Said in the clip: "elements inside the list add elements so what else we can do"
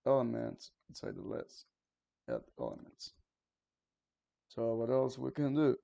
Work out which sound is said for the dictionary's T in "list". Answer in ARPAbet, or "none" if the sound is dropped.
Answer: none